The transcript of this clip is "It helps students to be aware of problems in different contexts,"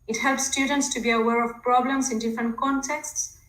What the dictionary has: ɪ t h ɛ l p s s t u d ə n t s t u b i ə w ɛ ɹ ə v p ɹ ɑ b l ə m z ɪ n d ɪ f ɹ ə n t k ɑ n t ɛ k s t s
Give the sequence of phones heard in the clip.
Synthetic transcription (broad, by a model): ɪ t h ɛ l p s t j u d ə n t s t u b i ə w ɛ ɹ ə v p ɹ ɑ b l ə m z ɪ n d ɪ f ɹ ə n t k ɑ n t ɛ k s t s